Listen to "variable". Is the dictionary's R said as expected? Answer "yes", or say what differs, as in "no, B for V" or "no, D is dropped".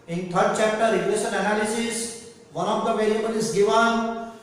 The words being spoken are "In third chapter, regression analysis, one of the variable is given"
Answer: no, L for R